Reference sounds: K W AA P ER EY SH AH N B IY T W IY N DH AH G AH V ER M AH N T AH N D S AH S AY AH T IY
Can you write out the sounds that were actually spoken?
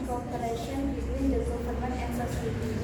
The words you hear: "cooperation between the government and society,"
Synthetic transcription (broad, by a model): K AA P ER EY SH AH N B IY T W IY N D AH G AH P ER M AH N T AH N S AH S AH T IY